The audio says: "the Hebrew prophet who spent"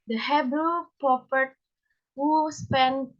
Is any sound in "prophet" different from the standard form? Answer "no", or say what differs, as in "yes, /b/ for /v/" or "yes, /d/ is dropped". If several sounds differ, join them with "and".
yes, /p/ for /f/